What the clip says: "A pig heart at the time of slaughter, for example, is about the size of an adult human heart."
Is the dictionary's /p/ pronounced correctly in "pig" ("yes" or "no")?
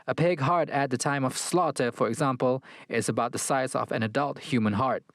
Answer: yes